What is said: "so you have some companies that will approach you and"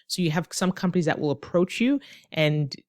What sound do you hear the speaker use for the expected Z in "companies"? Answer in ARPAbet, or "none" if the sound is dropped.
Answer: Z